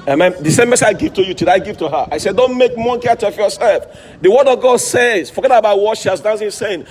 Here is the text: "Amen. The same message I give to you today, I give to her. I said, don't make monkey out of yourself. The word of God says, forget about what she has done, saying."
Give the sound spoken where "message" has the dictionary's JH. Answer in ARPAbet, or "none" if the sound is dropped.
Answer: none